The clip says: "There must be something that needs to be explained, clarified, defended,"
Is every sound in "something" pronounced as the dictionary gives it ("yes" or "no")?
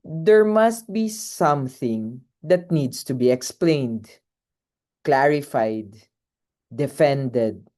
yes